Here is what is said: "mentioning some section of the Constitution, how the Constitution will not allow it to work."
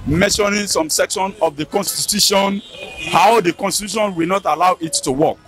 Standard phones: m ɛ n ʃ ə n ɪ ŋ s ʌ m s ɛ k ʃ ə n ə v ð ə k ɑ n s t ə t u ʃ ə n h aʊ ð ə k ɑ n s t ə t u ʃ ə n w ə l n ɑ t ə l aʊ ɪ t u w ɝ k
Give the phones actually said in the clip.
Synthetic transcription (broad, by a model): m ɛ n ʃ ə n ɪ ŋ s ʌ m s ɛ k ʃ ə n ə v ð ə k ɑ n s t ə t u ʃ ə n h aʊ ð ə k ɑ n s t ə t u ʃ ə n w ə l n ɑ t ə l aʊ ɪ t u w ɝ k